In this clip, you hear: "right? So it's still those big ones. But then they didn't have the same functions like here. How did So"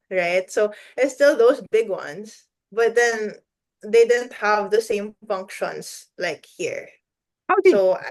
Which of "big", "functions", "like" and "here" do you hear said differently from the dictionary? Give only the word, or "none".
functions